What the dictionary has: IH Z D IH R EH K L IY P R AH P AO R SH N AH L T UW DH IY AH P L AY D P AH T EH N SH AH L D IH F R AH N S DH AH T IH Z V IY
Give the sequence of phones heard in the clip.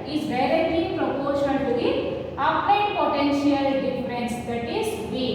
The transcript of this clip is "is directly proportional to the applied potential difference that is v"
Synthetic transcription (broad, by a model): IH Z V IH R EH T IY P R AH P AO R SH AH N T UW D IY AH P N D P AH T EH N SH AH L D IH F R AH N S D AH T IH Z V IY